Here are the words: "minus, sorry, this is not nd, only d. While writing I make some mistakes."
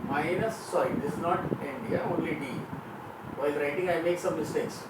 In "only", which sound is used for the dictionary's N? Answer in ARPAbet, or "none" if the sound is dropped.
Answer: N